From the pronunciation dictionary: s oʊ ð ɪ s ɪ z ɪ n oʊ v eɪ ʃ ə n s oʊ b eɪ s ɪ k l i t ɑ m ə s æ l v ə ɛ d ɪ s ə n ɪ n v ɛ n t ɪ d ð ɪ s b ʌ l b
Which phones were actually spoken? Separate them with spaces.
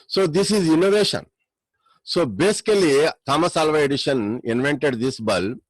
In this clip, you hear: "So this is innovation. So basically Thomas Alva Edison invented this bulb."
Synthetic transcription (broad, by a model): s oʊ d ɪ s ɪ z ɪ n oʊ v eɪ ʃ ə n s oʊ b eɪ s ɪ k l i t ɑ m ə s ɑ l v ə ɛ d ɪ ʃ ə n ɪ n v ɛ n t ɪ d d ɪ s b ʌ l